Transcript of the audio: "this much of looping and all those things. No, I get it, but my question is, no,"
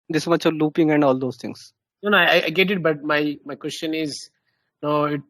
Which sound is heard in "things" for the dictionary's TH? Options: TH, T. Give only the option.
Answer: T